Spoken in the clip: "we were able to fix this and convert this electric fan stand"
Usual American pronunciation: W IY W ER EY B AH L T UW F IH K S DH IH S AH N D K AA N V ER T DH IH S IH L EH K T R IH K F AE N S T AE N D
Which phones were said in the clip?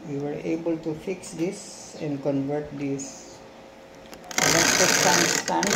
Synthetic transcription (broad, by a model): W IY W ER EY B AH L T UW F IH K S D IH S AH N D K AA N V ER T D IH S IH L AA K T IH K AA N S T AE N